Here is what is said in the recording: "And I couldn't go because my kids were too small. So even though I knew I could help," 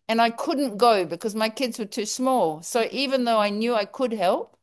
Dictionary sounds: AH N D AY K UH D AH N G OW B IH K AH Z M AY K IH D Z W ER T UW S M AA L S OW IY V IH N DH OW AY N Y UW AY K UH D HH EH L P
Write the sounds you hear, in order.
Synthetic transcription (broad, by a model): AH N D AY K UH D N G OW B IH K AH Z M AY K IH D Z W ER T UW S M AA L S OW IY V IH N DH OW AY N Y UW AY K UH D HH EH L P